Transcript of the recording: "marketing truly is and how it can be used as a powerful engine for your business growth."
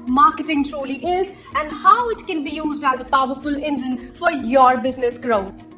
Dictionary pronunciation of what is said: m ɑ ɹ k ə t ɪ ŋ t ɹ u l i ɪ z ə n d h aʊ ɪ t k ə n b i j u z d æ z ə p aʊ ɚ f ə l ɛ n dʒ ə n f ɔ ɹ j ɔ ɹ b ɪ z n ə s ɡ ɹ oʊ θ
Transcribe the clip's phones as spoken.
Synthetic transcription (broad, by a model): m ɑ ɹ k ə t ɪ ŋ t ɹ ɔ l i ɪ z ə n d h aʊ ɪ t k ə n b i j u z d æ z ə p aʊ ɚ f ə l ɛ n dʒ ə n f ɔ ɹ j ɔ ɹ b ɪ z n ə s ɡ ɹ oʊ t